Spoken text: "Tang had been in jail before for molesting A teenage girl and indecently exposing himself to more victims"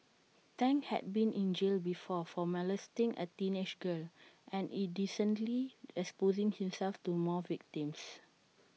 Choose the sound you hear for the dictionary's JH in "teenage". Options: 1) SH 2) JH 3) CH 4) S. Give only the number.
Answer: 1